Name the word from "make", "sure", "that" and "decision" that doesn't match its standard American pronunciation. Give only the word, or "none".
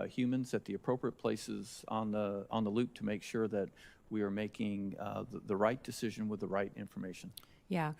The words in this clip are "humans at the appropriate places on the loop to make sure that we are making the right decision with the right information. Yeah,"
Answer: none